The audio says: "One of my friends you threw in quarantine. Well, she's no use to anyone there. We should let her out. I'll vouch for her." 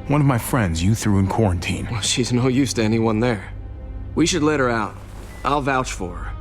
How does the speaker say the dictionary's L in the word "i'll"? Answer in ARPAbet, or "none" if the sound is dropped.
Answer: L